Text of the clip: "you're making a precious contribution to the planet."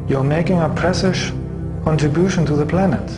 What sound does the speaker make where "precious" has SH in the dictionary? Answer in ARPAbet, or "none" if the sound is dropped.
S